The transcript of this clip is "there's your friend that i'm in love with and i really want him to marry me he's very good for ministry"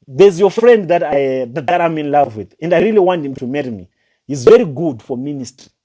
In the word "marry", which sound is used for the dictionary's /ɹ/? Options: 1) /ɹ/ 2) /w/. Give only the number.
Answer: 1